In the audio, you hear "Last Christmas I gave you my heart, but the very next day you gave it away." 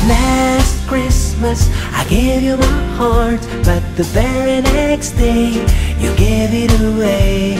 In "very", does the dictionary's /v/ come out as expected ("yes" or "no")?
no